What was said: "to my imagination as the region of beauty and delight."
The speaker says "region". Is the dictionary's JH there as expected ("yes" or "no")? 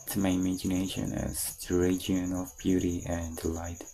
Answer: no